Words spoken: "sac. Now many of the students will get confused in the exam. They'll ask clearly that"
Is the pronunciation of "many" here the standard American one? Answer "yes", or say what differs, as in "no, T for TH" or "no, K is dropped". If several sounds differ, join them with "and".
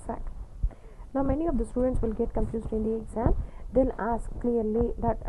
yes